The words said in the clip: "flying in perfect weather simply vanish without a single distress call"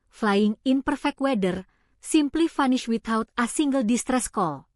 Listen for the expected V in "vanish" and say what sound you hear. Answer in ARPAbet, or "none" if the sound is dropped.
F